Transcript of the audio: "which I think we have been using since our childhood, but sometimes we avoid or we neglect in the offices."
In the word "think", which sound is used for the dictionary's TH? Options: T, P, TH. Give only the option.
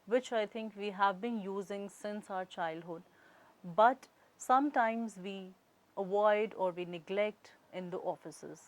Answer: T